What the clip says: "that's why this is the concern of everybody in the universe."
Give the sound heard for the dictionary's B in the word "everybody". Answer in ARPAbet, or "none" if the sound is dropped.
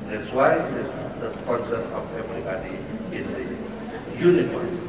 none